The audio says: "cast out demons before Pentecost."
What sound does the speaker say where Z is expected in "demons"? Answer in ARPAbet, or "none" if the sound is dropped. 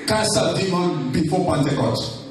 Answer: none